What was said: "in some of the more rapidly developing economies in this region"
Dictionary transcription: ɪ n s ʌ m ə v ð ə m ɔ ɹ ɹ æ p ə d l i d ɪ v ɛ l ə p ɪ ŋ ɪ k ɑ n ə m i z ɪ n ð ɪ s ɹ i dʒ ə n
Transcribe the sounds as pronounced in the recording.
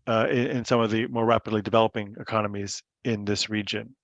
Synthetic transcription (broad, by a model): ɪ n s ʌ m ə v ð ə m ɔ ɹ ɹ æ p ə d l i d ɪ v ɛ l ə p ɪ ŋ ɪ k ɑ n ə m i z ɪ n ð ɪ s ɹ i dʒ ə n